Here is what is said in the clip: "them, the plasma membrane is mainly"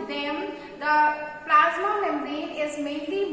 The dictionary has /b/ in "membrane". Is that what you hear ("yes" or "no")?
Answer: no